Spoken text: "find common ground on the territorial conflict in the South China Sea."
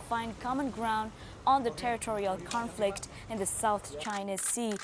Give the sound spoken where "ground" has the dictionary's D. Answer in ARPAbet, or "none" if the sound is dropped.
D